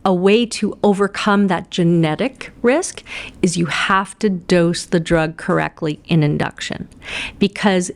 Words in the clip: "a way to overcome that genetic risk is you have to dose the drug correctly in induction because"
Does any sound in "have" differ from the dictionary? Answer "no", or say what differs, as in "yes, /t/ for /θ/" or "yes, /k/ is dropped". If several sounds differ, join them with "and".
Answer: yes, /f/ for /v/